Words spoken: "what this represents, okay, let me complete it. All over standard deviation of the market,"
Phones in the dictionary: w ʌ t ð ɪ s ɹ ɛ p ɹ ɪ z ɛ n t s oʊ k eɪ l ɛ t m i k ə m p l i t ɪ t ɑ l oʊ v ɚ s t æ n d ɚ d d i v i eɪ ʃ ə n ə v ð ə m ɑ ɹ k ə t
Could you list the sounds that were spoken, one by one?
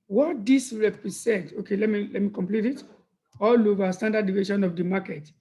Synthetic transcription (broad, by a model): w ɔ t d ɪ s ɹ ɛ p ɹ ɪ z ɛ n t oʊ k eɪ l ɛ t m i k ə m p l i t ɪ t ɑ l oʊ v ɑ s t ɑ n d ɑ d d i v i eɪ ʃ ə n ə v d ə m ɑ k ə t